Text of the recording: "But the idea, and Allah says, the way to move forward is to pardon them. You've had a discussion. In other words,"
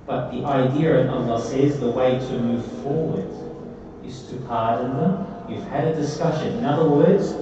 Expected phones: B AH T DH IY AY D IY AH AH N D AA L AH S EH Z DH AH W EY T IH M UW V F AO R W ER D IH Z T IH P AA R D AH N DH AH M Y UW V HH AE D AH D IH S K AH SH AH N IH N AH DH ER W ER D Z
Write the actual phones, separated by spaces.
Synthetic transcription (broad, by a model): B AH T DH IY AY D IY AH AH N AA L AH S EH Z DH AH W EY T IH M UW V F AO R W ER D IH Z T IH P AA R D N DH AH M Y UW V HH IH D AH D IH S K AH SH AH N IH N AH DH ER W ER D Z